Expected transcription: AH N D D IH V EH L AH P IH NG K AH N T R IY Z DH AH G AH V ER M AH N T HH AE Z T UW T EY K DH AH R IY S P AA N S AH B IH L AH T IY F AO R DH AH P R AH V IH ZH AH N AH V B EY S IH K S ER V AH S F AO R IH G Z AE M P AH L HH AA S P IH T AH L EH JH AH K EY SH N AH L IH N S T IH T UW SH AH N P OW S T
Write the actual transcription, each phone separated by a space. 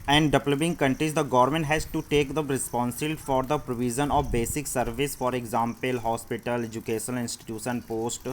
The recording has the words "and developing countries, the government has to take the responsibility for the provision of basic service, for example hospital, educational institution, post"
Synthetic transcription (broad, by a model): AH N D D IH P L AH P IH NG K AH N T R IY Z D AH G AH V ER M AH N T HH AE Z T UW T EY K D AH R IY S P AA N S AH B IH L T F AO R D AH P R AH V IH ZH AH N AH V B EY S IH K S ER V AH S F AO R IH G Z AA M P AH L HH AA S P IH T AH L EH JH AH K EY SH AH N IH N S T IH T UW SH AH N P OW S T